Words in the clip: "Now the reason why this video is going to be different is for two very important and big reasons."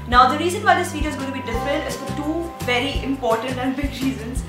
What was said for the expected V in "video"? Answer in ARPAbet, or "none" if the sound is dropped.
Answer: F